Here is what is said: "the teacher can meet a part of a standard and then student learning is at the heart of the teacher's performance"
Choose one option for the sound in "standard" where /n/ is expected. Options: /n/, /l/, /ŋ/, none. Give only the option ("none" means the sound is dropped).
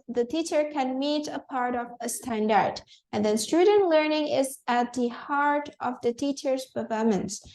/n/